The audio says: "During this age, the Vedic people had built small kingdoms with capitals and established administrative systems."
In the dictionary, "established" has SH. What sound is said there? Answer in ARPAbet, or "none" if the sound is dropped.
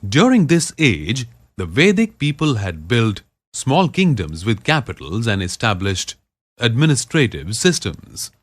SH